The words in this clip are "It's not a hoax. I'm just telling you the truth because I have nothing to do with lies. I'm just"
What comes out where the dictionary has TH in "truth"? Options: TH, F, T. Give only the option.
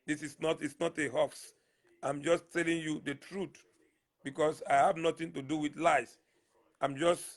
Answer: T